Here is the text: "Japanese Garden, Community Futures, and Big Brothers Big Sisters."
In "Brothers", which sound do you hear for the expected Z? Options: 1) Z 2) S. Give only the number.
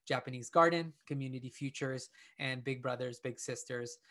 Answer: 1